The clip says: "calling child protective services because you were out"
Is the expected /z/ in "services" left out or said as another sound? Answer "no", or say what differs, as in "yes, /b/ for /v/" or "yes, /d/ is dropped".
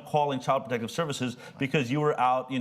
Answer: no